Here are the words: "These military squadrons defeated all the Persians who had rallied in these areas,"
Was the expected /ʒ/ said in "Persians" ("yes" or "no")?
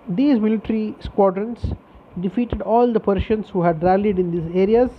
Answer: no